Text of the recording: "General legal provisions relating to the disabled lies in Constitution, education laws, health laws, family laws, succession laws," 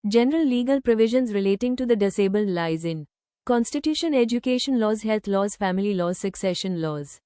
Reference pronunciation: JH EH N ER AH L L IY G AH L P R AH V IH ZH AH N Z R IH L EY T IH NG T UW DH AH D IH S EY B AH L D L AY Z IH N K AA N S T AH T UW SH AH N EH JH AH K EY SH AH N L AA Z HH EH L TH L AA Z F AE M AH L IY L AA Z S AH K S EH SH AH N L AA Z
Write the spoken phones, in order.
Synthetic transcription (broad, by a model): JH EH N ER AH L L IY G AH L P R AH V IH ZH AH N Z R IH L EY T IH NG T UW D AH D IH S EY B AH L D L AY Z IH N K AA N S T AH T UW SH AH N EH JH AH K EY SH AH N L AA Z HH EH L T L AA Z F AE M AH L IY L AA Z S AH K S EH SH AH N L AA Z